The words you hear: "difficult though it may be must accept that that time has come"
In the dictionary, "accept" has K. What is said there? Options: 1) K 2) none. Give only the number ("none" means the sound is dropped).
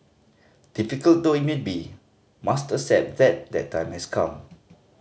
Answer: 2